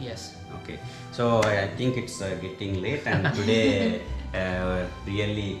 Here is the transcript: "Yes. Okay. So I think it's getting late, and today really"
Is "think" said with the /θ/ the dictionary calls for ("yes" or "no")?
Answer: no